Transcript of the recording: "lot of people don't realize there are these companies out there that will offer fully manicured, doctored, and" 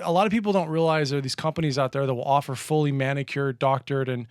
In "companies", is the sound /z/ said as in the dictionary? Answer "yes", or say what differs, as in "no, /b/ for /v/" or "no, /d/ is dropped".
yes